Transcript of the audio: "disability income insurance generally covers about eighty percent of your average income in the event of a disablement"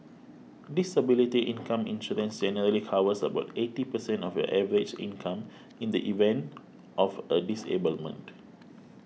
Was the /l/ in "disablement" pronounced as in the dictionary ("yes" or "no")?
yes